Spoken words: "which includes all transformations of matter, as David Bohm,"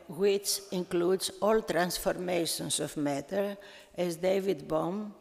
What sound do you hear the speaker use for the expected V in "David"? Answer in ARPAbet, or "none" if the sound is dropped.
V